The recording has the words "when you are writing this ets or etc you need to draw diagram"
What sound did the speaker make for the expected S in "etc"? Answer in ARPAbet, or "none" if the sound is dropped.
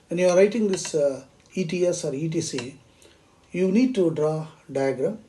none